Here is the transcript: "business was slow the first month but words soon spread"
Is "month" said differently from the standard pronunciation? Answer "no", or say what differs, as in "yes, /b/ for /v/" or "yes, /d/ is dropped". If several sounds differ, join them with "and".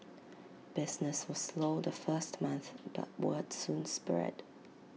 no